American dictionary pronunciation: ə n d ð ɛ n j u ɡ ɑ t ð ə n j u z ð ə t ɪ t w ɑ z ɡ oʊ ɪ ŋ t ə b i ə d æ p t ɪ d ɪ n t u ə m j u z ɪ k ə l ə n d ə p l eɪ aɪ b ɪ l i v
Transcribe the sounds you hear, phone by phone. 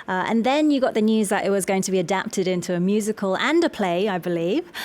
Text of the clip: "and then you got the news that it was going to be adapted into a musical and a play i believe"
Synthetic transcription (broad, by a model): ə n ð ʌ n j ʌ ɡ ɑ t ð ə n j u z ð ə t ɪ t w ɑ z ɡ oʊ ɪ ŋ t ə b i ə d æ p t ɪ d ɪ n t u ə m j u z ɪ k ə l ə n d ə p l eɪ aɪ b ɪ l i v